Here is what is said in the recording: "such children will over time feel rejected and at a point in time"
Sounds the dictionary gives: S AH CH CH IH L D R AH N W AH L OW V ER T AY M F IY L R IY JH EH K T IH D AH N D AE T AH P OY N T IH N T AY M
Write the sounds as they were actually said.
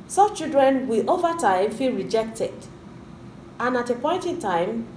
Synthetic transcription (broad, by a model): S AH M CH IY L D R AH N W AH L OW V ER T AY M F IY L R IY JH EH K T IH D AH N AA T AH P OY N T IH N T AY M